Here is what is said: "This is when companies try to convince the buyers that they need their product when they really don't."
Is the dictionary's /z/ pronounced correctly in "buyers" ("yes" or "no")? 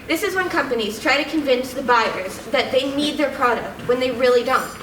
yes